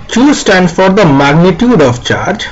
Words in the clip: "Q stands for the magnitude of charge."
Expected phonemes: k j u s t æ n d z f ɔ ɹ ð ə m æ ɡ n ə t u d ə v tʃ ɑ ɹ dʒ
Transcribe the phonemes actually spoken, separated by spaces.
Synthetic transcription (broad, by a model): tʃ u s t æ n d f ɔ ɹ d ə m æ ɡ n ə t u d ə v tʃ ɑ ɹ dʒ